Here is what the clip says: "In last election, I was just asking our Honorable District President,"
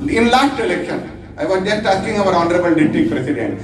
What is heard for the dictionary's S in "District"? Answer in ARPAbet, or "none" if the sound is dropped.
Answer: none